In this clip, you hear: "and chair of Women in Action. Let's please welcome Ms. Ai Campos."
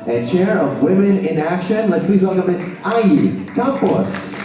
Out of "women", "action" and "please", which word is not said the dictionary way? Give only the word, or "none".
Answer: none